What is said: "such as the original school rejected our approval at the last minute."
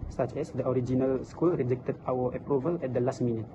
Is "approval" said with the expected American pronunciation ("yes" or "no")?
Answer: yes